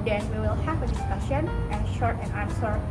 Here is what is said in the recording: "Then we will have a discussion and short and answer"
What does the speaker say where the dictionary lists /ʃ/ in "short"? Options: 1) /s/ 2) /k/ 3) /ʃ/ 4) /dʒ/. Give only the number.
3